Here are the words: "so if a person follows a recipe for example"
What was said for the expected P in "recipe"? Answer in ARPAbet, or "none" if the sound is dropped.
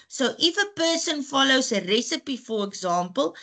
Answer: P